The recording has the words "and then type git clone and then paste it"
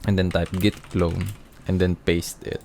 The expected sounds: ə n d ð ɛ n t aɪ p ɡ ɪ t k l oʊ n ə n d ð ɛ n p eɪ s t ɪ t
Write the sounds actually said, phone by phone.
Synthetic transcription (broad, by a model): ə n d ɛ n t aɪ p ɡ ɪ t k l oʊ n ə n d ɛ n p eɪ s t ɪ t